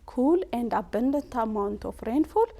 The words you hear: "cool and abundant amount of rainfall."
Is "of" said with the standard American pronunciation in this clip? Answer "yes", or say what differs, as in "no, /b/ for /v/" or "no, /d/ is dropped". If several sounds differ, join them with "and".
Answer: no, /f/ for /v/